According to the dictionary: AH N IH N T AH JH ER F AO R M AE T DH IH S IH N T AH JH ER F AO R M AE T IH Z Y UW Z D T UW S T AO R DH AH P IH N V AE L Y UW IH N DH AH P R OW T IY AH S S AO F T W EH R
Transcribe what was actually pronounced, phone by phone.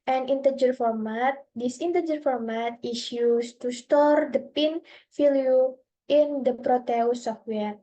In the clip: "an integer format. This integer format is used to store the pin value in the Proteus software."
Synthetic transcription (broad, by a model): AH N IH N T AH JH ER F AO R M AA T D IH S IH N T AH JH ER F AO R M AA T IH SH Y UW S T UW S T AO R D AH P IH N F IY L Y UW IH N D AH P R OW T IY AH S S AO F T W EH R